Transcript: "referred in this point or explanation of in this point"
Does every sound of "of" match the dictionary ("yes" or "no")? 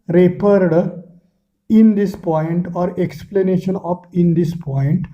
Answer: no